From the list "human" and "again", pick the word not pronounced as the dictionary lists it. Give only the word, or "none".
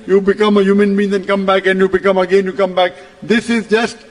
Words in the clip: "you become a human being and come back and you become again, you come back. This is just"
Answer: none